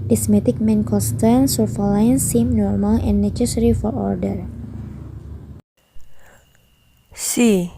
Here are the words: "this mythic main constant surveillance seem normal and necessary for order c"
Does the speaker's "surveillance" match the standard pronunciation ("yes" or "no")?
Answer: no